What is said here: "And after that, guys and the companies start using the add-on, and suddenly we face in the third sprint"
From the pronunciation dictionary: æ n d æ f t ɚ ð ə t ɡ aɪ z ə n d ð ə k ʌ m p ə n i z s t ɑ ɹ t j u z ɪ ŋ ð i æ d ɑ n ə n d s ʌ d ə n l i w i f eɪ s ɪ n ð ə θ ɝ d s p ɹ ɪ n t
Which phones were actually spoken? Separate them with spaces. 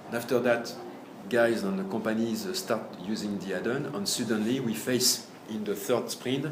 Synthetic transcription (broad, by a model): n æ f t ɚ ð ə t ɡ aɪ z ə n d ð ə k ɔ m p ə n i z s t ɑ ɹ t j u z ɪ ŋ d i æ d ɑ n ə n s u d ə n l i w i f eɪ s ɪ n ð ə θ ɝ d s p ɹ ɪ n